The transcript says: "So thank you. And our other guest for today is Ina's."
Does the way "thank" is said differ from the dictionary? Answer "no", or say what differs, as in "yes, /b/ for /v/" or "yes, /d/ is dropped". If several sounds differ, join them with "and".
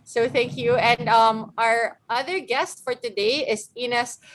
no